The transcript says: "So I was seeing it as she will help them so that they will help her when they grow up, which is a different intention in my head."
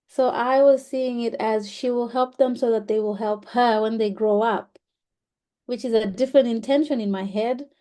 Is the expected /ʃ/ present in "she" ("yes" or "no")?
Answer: yes